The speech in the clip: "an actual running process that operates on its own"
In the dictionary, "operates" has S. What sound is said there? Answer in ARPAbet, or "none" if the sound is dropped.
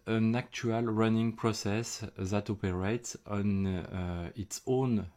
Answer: S